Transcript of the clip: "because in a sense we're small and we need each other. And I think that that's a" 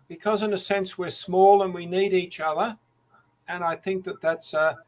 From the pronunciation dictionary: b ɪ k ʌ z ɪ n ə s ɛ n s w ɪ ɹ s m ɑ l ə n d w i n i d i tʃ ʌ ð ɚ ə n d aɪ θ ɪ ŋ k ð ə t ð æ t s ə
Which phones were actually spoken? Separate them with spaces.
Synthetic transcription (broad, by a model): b ɪ k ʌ z ɪ n ə s ɛ n s w ɪ ɹ s m ɑ l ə n w i n i d i tʃ ʌ ð ɚ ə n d aɪ θ ɪ ŋ k ð ə t ð æ t s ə